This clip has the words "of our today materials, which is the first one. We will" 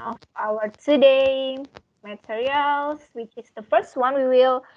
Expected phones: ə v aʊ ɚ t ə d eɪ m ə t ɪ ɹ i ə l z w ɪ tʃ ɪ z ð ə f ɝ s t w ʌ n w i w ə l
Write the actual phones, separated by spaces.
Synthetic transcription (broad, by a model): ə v aʊ ɚ t ə d eɪ m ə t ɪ ɹ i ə l s w ɪ tʃ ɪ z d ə f ɝ s t w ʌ n w i w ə l